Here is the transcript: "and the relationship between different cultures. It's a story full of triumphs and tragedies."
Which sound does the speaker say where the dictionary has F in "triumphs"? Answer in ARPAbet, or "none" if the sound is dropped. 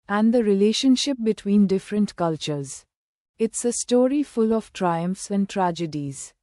F